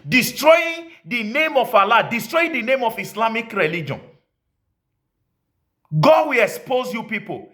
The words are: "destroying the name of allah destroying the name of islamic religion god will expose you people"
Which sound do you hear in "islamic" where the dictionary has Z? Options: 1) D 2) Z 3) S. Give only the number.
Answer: 3